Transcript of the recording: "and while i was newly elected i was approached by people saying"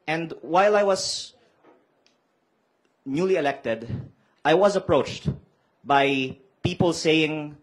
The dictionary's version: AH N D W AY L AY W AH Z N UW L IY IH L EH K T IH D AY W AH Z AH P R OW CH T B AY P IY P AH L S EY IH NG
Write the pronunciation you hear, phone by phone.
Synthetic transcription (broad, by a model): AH N D W AY L AY W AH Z N UW L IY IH L EH K T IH D AY W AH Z AH P R OW CH T B AY P IY P AH L S EY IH NG